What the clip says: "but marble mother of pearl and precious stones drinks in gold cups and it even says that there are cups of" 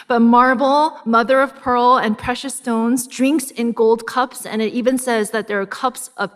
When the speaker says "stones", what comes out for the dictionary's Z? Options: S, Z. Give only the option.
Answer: Z